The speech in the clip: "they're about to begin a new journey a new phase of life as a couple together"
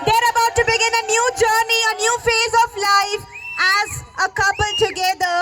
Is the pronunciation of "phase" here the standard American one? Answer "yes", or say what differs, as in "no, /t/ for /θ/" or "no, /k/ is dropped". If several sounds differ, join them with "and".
yes